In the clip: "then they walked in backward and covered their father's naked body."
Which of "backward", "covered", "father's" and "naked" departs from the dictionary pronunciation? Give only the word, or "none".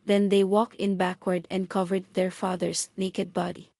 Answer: father's